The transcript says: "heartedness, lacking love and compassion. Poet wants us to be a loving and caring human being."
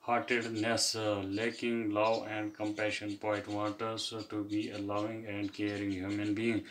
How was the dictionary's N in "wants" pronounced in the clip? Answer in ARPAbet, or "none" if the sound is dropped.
none